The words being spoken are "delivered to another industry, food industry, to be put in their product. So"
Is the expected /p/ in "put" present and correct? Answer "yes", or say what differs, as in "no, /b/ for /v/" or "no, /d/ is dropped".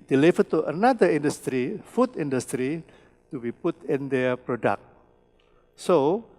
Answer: yes